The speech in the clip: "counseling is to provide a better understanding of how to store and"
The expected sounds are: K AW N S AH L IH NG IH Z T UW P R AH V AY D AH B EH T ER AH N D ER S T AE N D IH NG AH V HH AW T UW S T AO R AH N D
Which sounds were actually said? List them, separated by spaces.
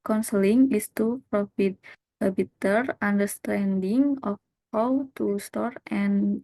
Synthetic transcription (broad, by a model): K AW N S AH L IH NG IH S T UW P R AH F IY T AH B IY T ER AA N D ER S T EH N D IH NG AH F HH AW T UW S T AO R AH N